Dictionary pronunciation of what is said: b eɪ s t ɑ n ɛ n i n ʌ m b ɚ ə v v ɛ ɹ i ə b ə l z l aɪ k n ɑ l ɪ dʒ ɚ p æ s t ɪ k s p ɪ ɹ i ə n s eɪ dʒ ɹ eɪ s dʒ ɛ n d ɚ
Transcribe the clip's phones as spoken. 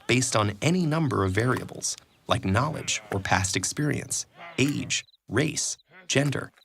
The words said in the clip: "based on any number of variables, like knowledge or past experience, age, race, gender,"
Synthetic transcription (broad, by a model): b eɪ s t n ɛ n i n ʌ m b ɚ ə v v ɛ ɹ i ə b l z l aɪ k n ɑ l ɪ dʒ ɚ p æ s t ɪ k s p ɪ ɹ i ə n s eɪ dʒ ɹ eɪ s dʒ ɛ n d ɚ